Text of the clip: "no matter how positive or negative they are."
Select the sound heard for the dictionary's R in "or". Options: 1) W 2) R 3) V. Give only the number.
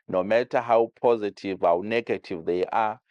1